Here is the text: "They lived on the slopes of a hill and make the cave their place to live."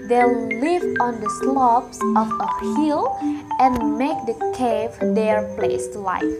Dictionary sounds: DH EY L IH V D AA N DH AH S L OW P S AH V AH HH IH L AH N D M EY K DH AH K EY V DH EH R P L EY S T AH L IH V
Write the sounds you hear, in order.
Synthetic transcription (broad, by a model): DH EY L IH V AA N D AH S L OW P S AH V AH HH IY L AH N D M EY K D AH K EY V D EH R P L EY S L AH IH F